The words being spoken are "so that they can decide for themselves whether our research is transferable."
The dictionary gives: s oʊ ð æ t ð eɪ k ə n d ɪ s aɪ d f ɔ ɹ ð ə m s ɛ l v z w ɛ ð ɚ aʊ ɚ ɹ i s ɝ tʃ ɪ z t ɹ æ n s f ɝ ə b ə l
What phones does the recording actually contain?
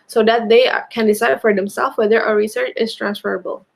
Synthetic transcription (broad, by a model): s oʊ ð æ t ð eɪ k ə n d ɪ s aɪ d f ɔ ɹ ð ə m s ɛ l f w ɛ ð ɚ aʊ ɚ ɹ i s ɝ tʃ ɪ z t ɹ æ n s f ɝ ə b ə l